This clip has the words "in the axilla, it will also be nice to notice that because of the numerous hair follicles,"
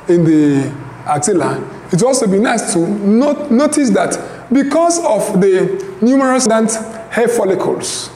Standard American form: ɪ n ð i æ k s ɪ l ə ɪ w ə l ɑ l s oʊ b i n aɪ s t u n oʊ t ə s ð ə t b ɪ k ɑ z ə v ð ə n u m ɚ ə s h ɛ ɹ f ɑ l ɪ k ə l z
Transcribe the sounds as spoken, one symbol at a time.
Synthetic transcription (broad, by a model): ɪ n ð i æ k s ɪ l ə ɪ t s ɑ l s oʊ b i n aɪ s t u n oʊ t ə s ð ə t b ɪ k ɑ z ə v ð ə n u m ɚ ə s h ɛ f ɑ l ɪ k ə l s